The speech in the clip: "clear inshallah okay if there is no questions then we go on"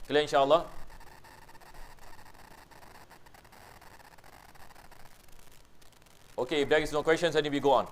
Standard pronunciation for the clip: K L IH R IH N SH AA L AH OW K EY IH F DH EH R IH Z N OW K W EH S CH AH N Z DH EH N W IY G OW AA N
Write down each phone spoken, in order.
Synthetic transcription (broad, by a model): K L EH IH N SH AA L AH OW K EY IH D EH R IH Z N OW K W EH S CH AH N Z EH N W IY G OW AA N